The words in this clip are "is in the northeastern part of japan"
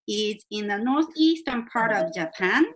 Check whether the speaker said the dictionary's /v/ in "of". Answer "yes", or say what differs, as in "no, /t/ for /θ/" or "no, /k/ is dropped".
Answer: yes